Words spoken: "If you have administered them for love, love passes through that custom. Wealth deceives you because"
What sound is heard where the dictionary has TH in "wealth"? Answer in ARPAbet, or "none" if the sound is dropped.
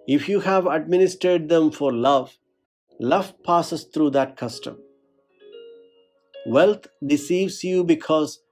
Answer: T